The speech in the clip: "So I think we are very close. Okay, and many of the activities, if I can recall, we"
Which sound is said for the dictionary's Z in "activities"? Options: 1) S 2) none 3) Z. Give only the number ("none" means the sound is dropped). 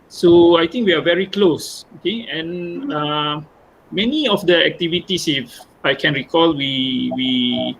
1